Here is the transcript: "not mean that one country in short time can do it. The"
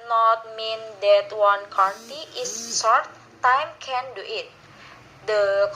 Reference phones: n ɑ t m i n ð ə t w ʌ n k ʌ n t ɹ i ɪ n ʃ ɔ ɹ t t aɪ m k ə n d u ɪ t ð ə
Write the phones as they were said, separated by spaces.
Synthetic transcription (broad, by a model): n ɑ t m i n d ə t w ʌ n k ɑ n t i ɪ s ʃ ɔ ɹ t t aɪ m k ə n d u ɪ t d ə